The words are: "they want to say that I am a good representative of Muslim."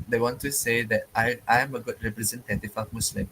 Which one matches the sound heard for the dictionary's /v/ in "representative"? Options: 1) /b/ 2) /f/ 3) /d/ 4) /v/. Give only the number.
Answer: 2